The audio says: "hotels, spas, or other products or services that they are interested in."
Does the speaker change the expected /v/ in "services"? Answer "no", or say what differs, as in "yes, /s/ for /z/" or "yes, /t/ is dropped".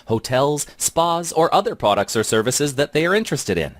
no